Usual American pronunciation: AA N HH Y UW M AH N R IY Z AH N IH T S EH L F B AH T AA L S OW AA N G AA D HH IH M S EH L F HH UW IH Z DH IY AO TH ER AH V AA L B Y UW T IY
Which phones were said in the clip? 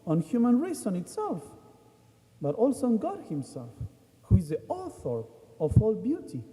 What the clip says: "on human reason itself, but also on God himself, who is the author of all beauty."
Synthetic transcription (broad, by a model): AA N HH Y UW M AH N R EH S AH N IH T S EH L F B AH T AA L S OW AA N G AA D HH IH M S EH L F HH UW IH Z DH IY AO TH ER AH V AA L B Y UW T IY